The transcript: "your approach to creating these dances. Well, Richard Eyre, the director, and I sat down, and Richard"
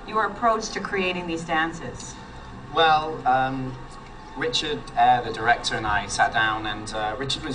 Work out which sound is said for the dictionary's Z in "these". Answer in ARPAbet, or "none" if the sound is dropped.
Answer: Z